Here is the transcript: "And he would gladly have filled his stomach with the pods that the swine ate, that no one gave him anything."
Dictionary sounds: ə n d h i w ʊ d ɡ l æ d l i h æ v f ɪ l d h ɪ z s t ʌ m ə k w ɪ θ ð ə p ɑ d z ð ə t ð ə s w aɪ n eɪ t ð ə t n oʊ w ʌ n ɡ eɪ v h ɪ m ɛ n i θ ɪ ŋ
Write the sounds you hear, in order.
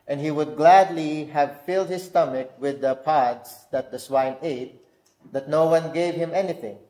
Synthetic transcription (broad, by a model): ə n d h i w ʊ d ɡ l æ d l i h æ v f ɪ l d h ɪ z s t ʌ m ə k w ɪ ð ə p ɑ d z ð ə t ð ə s w aɪ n eɪ t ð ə t n oʊ w ʌ n ɡ eɪ v h ɪ m ɛ n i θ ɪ ŋ